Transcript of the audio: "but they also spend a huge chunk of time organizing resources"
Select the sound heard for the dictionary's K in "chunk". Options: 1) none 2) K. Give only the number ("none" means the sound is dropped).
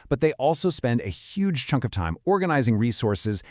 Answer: 2